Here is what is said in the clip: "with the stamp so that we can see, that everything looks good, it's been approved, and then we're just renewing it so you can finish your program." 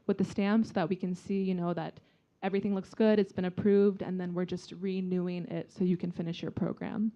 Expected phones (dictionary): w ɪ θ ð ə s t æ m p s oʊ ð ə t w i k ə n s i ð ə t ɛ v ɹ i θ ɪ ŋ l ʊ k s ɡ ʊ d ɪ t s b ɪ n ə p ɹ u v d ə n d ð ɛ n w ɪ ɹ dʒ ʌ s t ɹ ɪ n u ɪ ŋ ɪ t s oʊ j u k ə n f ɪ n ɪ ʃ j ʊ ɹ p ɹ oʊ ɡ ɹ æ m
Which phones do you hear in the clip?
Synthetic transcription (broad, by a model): w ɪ ð ə s t æ m p s oʊ ð ə t w i k ə n s i ð ə t ɛ v ɹ i θ ɪ ŋ l ʊ k s ɡ ʊ d ɪ t s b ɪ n ə p ɹ u v d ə n ð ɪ n w ɪ ɹ dʒ ʌ s t ɹ ɪ n u ɪ ŋ ɪ t s oʊ j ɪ k ə n f ɪ n ɪ ʃ j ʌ ɹ p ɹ oʊ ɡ ɹ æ m